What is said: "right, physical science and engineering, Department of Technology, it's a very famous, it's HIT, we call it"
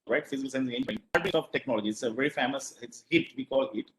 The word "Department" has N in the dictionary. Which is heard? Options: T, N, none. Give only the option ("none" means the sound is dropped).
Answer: none